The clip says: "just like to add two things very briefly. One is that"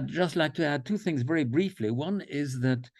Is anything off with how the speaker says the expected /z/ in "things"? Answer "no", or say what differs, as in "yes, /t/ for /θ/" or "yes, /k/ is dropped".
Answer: no